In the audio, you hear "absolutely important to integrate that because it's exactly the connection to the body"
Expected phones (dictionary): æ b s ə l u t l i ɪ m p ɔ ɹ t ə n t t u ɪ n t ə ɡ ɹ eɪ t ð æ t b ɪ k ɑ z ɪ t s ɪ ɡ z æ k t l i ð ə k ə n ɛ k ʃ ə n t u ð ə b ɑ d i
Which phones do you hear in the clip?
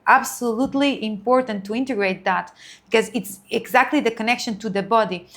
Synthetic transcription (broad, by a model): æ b s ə l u t l i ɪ m p ɔ ɹ t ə n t t u ɪ n t ə ɡ ɹ eɪ t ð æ t b ɪ k ɑ z ɪ t s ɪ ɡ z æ k t l i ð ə k ə n ɛ k ʃ ə n t u ð ə b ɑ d i